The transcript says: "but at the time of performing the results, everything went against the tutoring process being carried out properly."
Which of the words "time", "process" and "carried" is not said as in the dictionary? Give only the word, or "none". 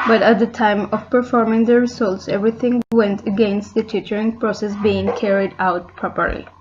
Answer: none